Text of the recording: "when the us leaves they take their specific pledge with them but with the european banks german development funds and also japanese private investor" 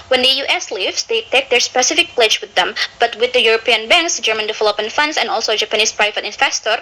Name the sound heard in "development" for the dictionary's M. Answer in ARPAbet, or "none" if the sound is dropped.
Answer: none